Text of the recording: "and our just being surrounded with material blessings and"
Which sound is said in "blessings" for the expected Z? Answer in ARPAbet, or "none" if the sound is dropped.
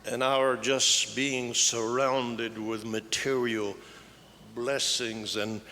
Z